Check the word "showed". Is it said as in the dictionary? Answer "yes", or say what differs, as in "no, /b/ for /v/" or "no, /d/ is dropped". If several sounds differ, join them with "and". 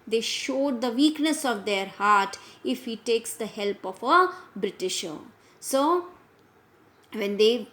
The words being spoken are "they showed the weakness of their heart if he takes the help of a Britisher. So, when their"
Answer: yes